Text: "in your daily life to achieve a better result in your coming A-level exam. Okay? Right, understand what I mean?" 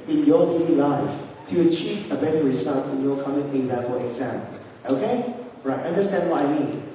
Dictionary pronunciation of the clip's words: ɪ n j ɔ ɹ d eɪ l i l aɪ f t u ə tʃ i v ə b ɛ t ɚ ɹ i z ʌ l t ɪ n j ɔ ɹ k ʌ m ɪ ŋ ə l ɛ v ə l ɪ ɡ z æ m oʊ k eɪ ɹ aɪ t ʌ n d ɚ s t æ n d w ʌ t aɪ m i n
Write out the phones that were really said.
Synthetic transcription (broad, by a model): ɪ n j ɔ d eɪ l i l aɪ f t u ə tʃ i v ə b ɛ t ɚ ɹ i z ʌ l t ɪ n j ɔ k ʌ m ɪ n ə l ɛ f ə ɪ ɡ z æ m oʊ k eɪ ɹ aɪ t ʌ n d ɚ s t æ n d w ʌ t aɪ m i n